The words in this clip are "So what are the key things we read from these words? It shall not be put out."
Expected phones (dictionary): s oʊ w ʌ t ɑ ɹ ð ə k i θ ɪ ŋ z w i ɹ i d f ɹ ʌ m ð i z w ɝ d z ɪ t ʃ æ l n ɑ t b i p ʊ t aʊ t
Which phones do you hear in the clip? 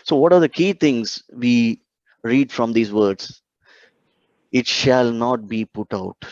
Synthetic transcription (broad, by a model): s oʊ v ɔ t ɑ ɹ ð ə k i t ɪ ŋ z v i ɹ i d f ɹ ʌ m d i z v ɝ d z ɪ t ʃ æ l n ɑ t b i p ʊ t aʊ t